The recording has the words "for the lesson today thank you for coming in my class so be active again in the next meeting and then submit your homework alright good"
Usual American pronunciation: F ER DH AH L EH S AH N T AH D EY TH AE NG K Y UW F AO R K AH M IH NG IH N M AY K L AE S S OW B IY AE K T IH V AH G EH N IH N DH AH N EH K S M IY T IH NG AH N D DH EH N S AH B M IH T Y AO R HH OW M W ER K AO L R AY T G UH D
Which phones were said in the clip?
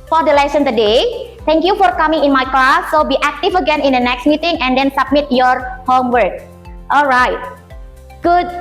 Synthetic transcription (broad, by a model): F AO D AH L EH S AH N T AH D EY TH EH NG K Y UW F AO R K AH M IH NG IH N M AY K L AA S S OW B IY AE K T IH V AH G EH N IH N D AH N EH K S M IY T IH NG AH N D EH N S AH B M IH T Y AO R HH OW M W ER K AO L R AY T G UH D